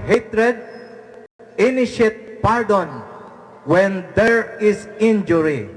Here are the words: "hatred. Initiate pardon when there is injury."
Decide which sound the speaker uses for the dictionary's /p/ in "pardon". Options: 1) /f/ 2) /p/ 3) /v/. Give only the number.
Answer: 2